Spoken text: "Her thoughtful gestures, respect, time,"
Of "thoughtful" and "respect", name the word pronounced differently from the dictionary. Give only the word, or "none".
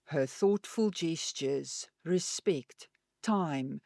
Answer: none